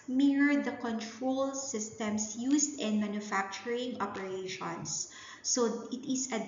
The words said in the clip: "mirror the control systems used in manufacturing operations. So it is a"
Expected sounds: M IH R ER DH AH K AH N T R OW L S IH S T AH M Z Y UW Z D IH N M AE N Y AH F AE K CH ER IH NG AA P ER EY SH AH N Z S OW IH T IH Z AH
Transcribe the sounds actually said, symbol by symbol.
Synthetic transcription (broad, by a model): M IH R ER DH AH K AH N T R OW L S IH S T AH M S Y UW S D IH N M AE N Y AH F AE K CH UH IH NG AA P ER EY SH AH N S OW IH T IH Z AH